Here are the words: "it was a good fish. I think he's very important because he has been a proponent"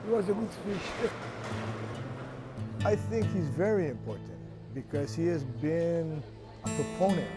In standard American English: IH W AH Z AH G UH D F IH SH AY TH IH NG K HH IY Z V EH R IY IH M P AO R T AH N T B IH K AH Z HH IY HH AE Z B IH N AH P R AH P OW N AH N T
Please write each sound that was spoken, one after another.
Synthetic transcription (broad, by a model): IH W AH Z AH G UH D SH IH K AY TH IH NG K HH IY Z V EH R IY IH M P AO R T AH N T B IH K AH Z HH IY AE Z B IH N AH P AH P OW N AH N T